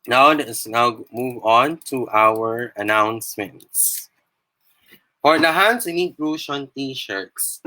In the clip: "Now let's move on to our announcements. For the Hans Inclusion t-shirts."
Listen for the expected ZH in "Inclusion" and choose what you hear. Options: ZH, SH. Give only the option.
SH